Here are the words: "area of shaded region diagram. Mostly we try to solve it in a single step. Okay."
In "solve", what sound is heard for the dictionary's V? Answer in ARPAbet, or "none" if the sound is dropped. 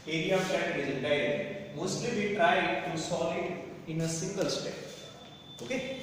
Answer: none